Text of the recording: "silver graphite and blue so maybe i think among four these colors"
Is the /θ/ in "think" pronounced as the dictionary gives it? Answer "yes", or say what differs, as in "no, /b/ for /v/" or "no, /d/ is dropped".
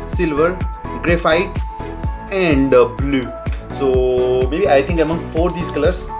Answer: no, /t/ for /θ/